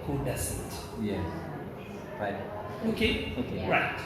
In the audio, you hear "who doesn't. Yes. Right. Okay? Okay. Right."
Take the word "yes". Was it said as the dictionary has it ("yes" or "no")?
no